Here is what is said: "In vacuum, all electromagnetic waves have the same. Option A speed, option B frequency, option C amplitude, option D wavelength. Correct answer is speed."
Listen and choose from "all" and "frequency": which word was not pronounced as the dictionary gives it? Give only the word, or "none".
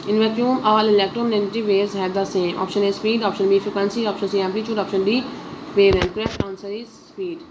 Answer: frequency